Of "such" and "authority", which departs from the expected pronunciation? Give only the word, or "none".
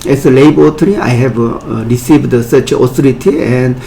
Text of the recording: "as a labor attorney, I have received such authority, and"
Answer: authority